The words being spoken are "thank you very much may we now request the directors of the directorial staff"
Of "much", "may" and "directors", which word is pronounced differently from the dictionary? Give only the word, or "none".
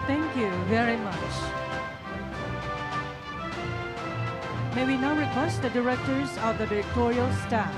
none